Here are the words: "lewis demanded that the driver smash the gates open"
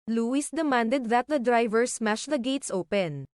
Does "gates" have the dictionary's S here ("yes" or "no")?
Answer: yes